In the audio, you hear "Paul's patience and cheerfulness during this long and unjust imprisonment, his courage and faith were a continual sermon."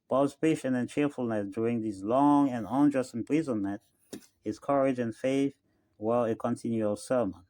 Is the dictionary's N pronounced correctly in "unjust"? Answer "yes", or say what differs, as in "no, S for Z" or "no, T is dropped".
yes